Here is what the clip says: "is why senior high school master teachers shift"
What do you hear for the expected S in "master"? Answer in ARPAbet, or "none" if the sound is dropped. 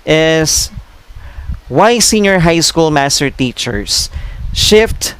S